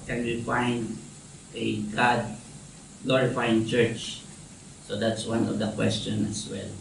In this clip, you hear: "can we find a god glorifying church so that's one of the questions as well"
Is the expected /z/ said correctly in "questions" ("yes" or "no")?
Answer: no